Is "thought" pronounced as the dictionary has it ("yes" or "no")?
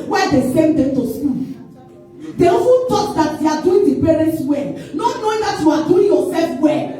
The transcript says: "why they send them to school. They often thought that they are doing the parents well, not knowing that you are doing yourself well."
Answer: no